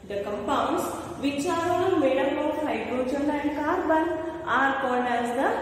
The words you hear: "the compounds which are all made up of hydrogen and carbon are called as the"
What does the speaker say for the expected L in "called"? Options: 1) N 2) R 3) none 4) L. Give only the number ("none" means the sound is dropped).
1